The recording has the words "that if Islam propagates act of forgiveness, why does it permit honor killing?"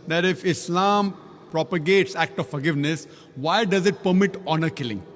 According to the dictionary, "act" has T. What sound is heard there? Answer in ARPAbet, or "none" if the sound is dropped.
T